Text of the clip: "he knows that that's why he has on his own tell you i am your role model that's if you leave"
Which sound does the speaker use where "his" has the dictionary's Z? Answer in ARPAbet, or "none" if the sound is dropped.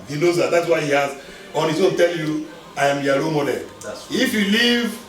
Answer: S